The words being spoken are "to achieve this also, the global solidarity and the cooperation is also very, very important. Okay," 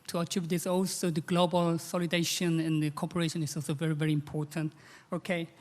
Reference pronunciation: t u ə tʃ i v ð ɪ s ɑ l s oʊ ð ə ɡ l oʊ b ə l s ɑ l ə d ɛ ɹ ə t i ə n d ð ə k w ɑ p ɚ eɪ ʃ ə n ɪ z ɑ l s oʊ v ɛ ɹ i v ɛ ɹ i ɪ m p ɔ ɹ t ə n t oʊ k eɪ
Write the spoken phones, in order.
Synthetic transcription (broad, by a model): t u ə tʃ i v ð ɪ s ɑ l s oʊ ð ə ɡ l oʊ b ə l s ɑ l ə d ɛ ə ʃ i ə n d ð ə k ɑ p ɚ eɪ ʃ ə n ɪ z ɑ l s oʊ v ɛ ɹ i v ɛ ɹ i ɪ m p ɔ ɹ t ə n t oʊ k eɪ